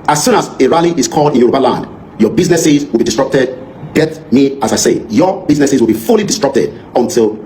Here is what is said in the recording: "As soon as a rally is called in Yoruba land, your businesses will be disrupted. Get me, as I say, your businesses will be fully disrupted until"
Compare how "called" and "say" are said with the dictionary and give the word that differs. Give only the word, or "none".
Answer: none